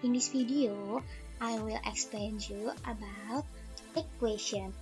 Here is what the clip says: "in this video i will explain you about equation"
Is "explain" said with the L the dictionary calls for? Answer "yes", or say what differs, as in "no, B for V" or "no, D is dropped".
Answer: yes